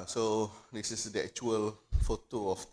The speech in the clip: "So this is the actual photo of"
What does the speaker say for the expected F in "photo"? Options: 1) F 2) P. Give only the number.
1